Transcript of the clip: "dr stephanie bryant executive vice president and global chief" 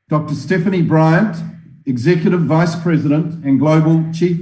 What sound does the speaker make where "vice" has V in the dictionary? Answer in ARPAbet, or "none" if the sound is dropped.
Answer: V